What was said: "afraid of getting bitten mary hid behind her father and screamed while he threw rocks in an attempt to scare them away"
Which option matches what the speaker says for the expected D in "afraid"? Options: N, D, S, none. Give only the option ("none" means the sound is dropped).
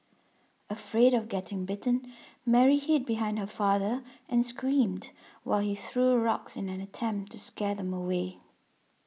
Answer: D